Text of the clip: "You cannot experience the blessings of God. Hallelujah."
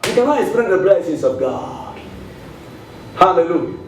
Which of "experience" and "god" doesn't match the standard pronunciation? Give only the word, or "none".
experience